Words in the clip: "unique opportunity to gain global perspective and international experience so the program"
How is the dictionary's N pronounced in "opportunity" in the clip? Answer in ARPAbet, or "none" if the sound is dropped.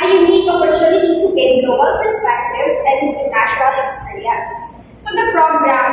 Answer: L